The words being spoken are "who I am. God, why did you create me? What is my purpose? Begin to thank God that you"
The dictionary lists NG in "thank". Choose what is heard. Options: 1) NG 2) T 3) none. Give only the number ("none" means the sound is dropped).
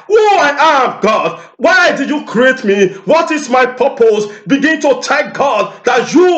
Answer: 3